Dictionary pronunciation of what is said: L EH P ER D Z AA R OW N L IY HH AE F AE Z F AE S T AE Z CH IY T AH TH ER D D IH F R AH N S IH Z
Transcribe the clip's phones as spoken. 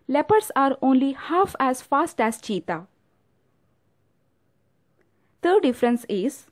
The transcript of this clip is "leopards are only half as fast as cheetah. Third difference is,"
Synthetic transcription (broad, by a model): L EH P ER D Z AA R OW N L IY HH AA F AE Z F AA S T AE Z CH IY T AH T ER D D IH F R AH N S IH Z